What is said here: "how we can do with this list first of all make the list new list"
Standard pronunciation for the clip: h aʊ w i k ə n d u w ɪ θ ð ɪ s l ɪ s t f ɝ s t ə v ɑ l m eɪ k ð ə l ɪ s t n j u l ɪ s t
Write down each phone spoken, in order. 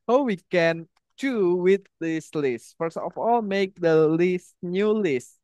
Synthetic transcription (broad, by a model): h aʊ w i k ə n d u w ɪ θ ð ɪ s l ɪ s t f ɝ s ə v ɑ l m eɪ k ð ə l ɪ s t n j u l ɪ s t